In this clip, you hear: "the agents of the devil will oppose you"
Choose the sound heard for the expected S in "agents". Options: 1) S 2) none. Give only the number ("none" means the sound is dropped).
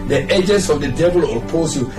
1